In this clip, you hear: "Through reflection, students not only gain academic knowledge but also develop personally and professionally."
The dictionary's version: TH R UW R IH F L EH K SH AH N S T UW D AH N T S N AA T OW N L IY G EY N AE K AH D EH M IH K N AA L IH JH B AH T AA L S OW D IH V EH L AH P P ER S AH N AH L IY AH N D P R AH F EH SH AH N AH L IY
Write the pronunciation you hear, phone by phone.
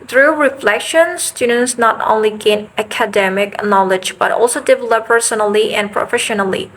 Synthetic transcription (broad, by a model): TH R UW R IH F L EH K SH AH N S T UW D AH N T S N AA T OW N L IY G EY N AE K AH D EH M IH K N AA L IH JH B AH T AA L S OW D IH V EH L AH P P ER S AH N AH L IY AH N P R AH F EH SH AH N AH L IY